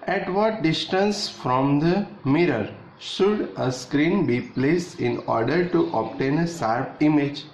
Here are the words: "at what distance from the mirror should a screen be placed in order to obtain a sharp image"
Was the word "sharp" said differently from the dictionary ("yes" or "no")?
yes